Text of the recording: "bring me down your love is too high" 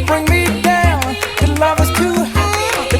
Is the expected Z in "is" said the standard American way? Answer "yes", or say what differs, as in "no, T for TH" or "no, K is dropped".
no, S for Z